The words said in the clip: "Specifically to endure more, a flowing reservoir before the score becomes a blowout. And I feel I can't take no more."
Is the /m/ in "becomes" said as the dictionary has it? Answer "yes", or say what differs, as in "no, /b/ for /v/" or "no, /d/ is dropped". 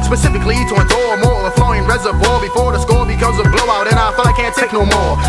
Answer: no, /m/ is dropped